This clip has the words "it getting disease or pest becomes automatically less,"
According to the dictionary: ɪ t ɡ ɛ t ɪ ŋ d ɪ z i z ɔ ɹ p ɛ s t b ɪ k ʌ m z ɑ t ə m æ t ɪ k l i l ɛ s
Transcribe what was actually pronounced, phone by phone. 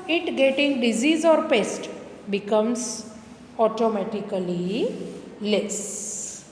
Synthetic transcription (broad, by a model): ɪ t ɡ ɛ t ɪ ŋ d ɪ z i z ɔ ɹ p ɛ s t b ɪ k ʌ m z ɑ t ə m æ t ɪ k l i l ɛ s